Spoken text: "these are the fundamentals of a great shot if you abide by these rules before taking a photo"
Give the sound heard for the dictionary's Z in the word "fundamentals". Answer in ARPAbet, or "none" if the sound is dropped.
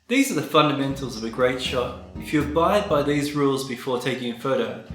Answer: Z